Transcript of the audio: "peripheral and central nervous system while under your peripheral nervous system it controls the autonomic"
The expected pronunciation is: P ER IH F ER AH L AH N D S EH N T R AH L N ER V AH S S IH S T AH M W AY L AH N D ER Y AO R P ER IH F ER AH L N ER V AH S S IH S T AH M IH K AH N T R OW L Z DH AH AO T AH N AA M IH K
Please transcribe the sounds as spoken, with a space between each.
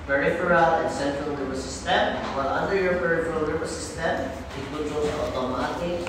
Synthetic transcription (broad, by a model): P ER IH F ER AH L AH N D S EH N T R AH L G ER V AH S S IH S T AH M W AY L AH N D ER Y AO R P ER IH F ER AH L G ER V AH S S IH S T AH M IH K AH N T OW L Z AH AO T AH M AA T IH